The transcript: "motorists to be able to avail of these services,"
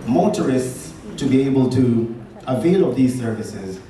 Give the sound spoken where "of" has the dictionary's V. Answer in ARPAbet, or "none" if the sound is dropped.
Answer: P